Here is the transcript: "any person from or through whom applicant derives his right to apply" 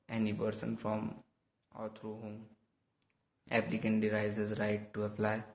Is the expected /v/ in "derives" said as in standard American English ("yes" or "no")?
no